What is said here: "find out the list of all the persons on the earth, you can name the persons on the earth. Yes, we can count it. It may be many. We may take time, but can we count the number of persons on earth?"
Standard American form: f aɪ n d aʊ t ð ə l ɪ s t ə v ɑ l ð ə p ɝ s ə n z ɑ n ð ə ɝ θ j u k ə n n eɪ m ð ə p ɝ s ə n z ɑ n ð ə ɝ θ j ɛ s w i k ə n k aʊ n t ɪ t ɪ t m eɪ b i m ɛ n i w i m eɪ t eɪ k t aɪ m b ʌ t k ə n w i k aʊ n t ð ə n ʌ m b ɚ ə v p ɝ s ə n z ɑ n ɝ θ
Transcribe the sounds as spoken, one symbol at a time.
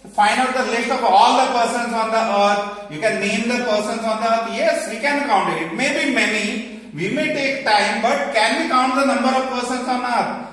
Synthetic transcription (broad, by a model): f aɪ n d aʊ t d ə l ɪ t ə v ɑ l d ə p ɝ s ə n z ɑ n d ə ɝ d j u k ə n n eɪ m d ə p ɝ s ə n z ɑ n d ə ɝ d j ɛ s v i k ə n k aʊ n t ɪ t ɪ t m eɪ b i m ɛ n i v i m eɪ t eɪ k t aɪ m b ʌ t k ə n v i k aʊ n t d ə n ʌ m b ɚ ə v p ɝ s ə n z ɑ n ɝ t